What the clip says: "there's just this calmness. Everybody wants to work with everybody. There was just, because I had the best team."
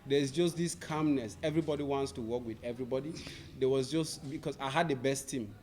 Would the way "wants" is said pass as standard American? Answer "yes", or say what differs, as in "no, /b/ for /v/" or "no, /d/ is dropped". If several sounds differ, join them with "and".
yes